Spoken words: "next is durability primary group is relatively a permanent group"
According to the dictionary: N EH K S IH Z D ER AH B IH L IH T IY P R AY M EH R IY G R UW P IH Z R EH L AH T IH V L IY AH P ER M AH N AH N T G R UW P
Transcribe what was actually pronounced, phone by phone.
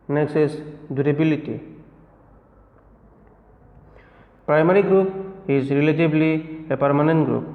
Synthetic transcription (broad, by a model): N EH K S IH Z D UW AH B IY L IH T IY P R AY M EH R IY G R UW P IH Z R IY L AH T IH B L IY AH P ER M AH N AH N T G R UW P